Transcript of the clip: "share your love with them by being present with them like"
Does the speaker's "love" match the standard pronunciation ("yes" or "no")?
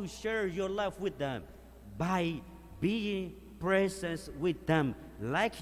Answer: no